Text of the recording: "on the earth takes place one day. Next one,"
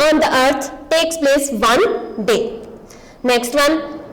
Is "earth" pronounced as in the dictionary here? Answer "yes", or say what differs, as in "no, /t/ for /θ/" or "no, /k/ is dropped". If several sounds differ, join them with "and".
no, /t/ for /θ/